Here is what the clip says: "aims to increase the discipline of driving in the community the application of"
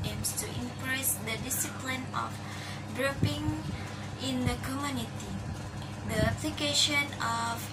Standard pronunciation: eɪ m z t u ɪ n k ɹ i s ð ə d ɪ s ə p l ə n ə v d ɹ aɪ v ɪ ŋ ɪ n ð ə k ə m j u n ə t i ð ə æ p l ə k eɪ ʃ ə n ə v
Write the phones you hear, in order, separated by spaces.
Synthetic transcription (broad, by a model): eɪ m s t u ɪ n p ɹ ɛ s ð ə d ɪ s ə p l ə n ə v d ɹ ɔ p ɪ ŋ ɪ n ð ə k ə m j u n ə t i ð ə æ p l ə k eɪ ʃ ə n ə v